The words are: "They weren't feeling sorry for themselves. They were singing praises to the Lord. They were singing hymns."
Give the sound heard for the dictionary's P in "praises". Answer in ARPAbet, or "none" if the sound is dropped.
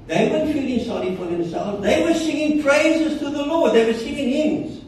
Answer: P